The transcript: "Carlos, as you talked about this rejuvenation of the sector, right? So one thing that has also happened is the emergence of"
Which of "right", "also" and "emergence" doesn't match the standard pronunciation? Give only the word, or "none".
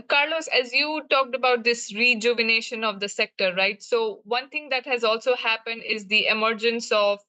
none